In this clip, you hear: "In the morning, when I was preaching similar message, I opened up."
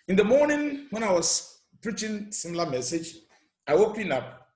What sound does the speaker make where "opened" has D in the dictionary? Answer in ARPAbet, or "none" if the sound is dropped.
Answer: none